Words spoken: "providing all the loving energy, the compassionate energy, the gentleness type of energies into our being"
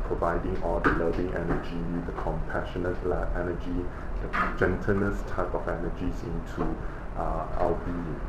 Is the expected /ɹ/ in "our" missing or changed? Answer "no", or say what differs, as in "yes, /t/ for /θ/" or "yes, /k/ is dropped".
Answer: yes, /l/ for /ɹ/